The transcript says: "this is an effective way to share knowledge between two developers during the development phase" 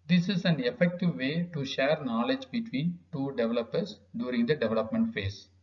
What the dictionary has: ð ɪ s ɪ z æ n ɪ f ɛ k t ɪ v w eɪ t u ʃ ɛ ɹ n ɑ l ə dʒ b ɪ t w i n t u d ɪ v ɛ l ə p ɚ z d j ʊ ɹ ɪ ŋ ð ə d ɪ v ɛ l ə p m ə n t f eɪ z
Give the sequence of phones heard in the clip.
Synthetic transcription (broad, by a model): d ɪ s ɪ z æ n ɪ f ɛ k t ɪ v eɪ t u ʃ ɛ ɹ n ɑ l ə dʒ b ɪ t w i n t u d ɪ v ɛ l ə p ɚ s d j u ɹ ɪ ŋ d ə d ɪ v ɛ l ə p m ə n t f eɪ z